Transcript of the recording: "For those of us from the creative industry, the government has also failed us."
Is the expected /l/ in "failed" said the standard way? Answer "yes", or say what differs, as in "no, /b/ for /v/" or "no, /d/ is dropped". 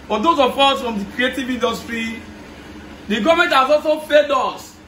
no, /l/ is dropped